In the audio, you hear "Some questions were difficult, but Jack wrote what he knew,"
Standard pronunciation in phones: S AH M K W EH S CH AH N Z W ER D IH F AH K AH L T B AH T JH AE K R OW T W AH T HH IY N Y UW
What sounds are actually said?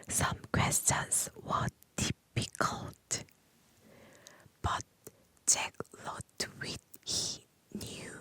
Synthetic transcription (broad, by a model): S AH M K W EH S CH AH N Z W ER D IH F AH K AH L T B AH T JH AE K L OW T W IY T HH IY N Y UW